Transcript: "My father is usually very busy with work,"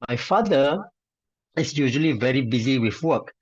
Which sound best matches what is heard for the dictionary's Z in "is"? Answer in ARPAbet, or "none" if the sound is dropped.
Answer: S